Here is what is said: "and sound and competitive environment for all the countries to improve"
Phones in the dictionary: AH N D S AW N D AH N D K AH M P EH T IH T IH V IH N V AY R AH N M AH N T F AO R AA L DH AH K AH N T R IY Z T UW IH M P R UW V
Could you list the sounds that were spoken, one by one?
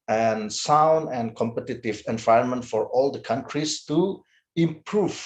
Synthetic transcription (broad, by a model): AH N S AW N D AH N K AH M P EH T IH T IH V IH N V AY R AH N M AH N T F AO R AA L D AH K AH N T R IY S T UW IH M P R UW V